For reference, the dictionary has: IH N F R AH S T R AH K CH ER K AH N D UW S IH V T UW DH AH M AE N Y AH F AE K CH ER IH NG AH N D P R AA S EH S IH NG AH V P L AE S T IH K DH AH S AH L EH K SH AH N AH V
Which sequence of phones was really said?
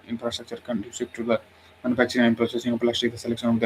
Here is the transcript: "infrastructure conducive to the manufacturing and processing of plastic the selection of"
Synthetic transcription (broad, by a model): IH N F R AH S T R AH K CH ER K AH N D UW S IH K T UW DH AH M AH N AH P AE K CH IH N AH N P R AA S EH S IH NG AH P L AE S T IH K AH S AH L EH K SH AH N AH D